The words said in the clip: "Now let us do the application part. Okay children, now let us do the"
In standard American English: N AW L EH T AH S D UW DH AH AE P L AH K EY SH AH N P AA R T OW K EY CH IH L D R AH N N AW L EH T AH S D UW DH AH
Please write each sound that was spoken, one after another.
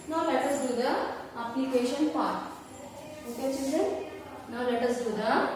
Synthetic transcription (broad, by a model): N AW L EH T AH S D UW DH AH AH P L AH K EY SH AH N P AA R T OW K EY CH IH D AH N N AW L EH T AH S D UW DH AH